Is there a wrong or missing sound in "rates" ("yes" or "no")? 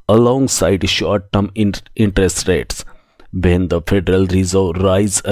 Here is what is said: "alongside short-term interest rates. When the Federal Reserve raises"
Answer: no